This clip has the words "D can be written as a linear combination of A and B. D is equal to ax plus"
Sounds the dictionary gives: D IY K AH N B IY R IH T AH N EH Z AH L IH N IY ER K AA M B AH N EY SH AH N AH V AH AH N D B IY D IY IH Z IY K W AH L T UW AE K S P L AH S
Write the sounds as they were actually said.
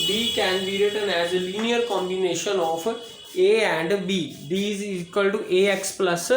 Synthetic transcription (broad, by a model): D IY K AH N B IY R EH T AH N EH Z AH L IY N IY ER K AA M B AH N EY SH AH N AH P AH AH N D B IY D IY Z IY K W AH L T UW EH K S P L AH S